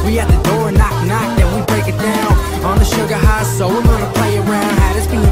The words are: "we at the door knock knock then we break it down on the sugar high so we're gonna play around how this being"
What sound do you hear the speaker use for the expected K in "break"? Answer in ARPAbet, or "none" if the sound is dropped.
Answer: K